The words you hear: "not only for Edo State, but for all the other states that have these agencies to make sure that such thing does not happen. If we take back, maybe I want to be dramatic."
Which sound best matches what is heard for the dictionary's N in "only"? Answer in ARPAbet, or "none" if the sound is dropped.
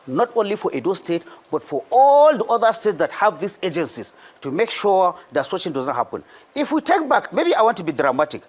N